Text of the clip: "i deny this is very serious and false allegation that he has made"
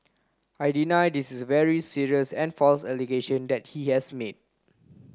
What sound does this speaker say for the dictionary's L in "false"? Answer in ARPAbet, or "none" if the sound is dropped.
L